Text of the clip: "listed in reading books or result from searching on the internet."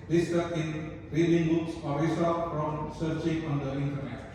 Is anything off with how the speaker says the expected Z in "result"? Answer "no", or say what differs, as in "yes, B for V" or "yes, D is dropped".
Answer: yes, S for Z